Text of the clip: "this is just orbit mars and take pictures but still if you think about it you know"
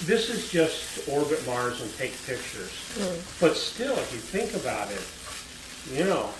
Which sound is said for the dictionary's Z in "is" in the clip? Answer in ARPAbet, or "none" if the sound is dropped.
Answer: Z